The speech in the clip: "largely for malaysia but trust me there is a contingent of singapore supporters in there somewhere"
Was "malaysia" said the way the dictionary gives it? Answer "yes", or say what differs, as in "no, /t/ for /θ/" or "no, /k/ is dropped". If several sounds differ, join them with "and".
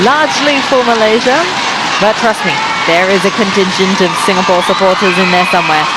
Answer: yes